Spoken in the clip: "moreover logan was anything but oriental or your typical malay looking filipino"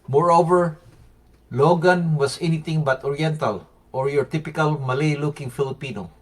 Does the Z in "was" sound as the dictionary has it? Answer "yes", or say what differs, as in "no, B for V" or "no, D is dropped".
no, S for Z